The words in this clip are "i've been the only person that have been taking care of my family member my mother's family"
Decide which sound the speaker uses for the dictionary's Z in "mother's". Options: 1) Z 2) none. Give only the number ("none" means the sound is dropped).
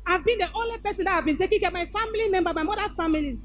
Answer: 2